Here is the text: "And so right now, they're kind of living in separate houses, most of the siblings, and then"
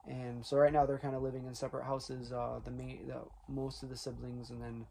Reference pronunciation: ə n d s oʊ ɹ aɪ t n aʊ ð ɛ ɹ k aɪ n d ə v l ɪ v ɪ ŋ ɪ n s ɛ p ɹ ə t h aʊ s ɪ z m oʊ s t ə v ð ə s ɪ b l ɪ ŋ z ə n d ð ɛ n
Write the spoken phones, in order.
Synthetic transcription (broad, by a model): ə n s oʊ ɹ aɪ t n aʊ ð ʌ ɹ k aɪ n d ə l ɪ v ɪ ŋ ɪ n s ɛ p ɹ ə t h aʊ s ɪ z m oʊ s t ə v ð ə s ɪ b l ɪ ŋ z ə n ð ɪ n